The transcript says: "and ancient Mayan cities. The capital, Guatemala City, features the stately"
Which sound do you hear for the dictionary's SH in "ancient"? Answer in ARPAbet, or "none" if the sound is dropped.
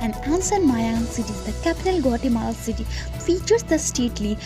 S